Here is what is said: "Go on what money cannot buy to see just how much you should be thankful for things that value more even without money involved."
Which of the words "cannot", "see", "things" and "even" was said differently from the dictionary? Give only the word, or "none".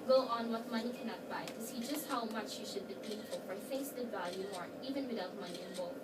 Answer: things